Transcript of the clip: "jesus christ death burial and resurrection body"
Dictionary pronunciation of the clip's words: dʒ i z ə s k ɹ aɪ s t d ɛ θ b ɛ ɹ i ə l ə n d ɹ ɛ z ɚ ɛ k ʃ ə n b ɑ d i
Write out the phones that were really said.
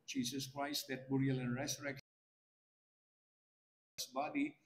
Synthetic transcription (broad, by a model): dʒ i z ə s k ɹ aɪ s t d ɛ t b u ɹ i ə l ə n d ɹ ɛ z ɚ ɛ k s b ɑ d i